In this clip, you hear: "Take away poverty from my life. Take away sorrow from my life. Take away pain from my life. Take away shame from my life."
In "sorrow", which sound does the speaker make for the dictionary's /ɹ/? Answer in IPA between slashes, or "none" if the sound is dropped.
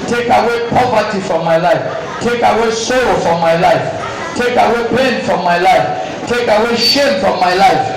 /l/